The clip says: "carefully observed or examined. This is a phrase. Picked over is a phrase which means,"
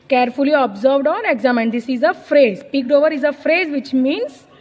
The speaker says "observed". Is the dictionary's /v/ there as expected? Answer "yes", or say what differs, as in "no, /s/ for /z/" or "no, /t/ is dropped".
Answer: yes